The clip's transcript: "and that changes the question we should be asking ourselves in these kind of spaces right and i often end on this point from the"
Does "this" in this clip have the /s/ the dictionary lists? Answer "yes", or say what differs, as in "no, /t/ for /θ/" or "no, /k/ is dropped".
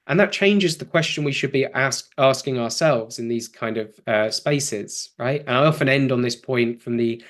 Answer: yes